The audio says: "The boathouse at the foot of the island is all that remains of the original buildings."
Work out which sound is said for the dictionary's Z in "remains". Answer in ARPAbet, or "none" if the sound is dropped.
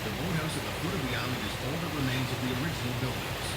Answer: Z